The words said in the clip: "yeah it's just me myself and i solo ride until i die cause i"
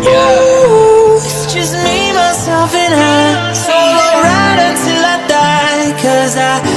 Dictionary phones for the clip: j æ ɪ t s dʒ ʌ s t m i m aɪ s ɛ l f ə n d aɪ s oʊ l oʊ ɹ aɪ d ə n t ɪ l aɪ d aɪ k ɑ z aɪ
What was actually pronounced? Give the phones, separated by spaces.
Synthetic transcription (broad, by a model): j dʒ ʌ s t m i m aɪ s ɛ l f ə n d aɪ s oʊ oʊ ɹ aɪ d ə n t ɪ l aɪ d aɪ k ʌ z aɪ